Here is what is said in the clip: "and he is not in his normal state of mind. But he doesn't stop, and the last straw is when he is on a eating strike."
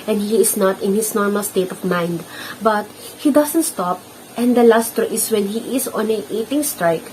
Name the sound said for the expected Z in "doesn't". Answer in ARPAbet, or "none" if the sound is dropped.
S